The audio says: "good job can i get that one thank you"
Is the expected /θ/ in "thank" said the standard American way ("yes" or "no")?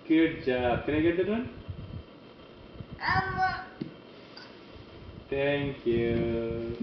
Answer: no